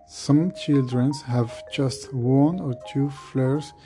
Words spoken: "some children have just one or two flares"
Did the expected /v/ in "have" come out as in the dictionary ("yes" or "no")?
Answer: yes